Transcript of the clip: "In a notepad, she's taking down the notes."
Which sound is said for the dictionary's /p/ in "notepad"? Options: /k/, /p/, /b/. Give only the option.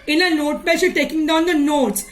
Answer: /b/